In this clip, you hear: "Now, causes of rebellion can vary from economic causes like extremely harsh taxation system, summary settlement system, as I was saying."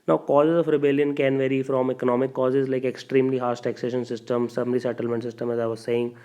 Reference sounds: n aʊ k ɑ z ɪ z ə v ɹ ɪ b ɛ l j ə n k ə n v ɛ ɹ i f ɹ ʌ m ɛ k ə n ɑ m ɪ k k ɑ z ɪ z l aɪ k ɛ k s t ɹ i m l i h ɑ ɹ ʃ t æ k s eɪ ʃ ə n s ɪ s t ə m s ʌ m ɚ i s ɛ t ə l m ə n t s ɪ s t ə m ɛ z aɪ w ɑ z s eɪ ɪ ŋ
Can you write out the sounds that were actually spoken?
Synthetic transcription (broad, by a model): n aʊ k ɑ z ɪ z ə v ɹ ɪ b ɛ l j ə n k ə n v ɛ ɹ i f ɹ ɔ m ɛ k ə n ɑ m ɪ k k ɑ z ɪ z l aɪ k ɛ k s t ɹ i m l i h ɑ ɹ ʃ t æ k s eɪ ʃ ə n s ɪ s t ə m s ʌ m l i s ɛ t ə l m ə n t s ɪ s t ə m ɛ z aɪ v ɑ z s eɪ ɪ ŋ